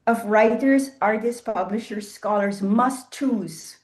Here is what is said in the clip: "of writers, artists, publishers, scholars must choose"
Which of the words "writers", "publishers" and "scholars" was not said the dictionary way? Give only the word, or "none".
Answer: none